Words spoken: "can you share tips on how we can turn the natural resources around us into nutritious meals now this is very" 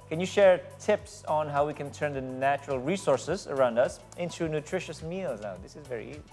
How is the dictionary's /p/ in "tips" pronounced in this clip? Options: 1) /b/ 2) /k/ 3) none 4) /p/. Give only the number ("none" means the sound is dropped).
4